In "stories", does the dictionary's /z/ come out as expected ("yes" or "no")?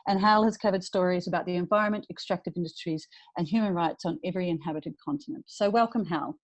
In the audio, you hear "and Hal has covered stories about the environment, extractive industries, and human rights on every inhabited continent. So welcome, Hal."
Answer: yes